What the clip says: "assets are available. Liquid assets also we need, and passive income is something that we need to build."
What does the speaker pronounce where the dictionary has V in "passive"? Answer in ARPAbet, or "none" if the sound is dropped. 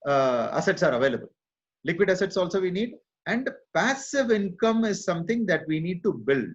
V